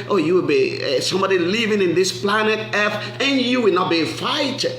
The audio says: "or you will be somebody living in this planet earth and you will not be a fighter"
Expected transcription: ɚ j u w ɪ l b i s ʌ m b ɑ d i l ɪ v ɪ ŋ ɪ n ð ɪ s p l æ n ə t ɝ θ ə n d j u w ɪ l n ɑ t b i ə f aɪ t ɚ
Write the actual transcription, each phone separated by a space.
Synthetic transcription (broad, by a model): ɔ j u w ɪ l b i s ʌ m b ɑ d i l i v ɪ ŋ ɪ n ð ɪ s p l æ n ə t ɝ f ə n j u w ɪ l n ɑ t b i f aɪ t